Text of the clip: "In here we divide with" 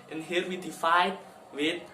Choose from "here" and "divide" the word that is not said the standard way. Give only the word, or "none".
divide